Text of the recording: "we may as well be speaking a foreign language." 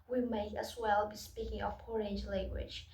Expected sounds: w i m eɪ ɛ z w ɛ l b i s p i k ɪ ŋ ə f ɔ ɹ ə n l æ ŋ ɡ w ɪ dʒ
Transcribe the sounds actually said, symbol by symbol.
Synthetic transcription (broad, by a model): w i m eɪ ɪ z w ɛ l b i s p i k ɪ ŋ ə p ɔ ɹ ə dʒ l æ ŋ ɡ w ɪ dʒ